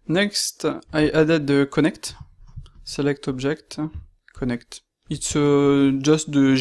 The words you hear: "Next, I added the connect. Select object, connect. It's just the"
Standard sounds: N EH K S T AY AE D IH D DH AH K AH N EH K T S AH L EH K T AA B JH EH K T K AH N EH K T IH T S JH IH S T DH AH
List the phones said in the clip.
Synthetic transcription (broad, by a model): N EH K S T AY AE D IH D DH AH K AH N EH K T S AH L EH K T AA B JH EH K T K AH N EH K T IH T S JH IH S T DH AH